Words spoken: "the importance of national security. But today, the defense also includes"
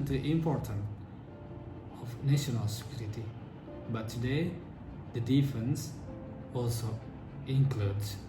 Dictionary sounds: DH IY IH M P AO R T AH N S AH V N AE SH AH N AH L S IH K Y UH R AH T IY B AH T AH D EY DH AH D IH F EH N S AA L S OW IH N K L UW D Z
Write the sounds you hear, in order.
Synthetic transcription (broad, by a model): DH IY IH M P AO R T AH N AH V N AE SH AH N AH L S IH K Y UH R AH T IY B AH T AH D EY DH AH D IH F EH N S AA L S OW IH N K L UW D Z